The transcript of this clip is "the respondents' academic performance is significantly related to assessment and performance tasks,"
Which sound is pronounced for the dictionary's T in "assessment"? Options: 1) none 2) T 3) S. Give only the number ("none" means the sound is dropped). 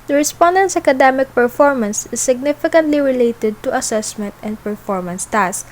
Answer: 2